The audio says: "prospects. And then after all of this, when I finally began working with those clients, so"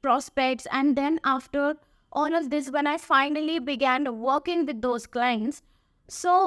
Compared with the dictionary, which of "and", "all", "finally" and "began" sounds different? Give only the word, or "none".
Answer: all